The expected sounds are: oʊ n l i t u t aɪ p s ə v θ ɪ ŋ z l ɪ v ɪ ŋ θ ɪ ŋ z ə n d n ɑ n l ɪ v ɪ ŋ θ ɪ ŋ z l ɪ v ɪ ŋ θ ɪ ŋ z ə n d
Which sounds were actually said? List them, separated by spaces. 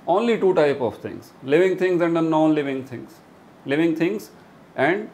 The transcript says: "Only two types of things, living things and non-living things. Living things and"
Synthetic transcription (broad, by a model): oʊ n l i t u t aɪ p ə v t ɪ ŋ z l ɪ v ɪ ŋ t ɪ ŋ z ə n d n ɑ n l ɪ v ɪ ŋ t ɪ ŋ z l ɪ v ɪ ŋ t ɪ ŋ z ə n d